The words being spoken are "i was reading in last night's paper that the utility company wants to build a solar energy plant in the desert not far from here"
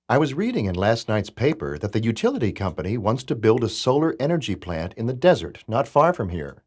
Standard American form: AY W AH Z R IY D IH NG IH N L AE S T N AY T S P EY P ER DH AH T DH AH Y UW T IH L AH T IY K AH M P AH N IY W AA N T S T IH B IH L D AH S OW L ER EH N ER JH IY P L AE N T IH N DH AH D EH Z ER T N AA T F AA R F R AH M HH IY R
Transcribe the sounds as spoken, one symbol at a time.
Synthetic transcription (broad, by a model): AY W AH Z R IY D IH NG IH N L AE S T N AY T S P EY P ER DH AH T DH AH Y UW T IH L AH T IY K AH M P AH N IY W AA N T S T IH B IH L D AH S OW L ER EH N ER JH IY P L AE N T IH N DH AH D EH Z ER T N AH T F AA R F R AH M HH IY R